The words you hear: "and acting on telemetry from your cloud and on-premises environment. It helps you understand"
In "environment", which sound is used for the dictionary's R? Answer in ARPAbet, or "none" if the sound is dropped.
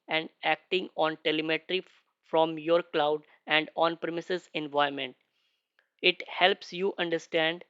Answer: none